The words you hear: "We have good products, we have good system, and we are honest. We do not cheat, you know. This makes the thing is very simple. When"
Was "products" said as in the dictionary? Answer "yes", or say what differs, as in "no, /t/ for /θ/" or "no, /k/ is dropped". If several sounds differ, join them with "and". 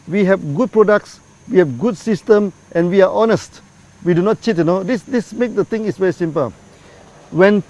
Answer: yes